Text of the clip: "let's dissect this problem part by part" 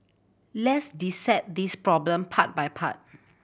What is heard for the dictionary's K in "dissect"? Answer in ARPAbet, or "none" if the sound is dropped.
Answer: none